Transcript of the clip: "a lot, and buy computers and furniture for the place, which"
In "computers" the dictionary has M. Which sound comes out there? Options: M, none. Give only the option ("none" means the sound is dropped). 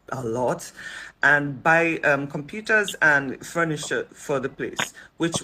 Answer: M